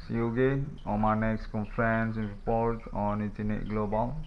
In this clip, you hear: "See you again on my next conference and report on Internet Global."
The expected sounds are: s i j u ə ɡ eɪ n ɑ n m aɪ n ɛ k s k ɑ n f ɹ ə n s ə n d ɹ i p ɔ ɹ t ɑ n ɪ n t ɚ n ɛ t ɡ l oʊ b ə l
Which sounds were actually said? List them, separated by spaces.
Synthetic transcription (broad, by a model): s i j u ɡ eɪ ɑ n m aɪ n ɛ k s k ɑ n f ɹ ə n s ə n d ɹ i p ɔ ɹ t ɑ n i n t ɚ n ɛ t ɡ l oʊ b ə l